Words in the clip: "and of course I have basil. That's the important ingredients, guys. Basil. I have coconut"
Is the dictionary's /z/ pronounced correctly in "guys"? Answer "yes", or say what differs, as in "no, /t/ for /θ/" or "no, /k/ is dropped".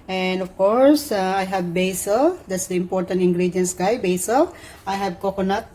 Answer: no, /z/ is dropped